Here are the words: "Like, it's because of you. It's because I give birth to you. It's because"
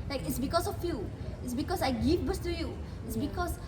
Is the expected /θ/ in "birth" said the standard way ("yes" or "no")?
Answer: no